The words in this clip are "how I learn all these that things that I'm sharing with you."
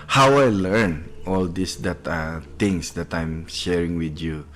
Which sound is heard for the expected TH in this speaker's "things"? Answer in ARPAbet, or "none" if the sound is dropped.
T